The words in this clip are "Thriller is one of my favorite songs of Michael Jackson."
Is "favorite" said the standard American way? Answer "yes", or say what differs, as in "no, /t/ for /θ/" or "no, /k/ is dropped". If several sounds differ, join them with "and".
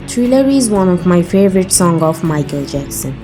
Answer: yes